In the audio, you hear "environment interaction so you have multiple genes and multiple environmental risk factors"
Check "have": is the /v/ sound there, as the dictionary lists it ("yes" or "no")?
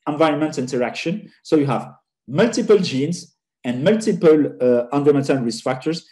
yes